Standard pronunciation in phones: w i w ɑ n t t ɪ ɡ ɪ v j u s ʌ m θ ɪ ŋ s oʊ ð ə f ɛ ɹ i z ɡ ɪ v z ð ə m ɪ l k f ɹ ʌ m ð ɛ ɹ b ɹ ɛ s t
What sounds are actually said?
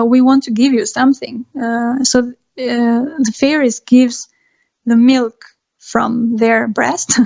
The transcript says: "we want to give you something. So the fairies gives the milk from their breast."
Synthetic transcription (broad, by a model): w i w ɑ n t t ɪ ɡ ɪ v j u s ʌ m θ ɪ ŋ s oʊ ð ə f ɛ ɹ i s ɡ ɪ v z ð ə m ɪ l k f ɹ ʌ m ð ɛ ɹ b ɹ ɛ s t